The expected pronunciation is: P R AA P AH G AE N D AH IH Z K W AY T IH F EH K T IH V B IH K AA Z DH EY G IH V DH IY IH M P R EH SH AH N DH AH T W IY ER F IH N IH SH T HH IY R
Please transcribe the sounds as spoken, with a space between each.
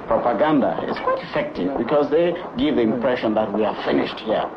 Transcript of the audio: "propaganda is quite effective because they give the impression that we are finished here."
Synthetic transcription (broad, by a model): P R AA P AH G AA N D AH IH Z K W AY T IH F EH K T IH V B IH K AA Z DH EY G IH V DH IY IH M P R EH SH AH N DH AH T W IY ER F IH N IH SH T HH IY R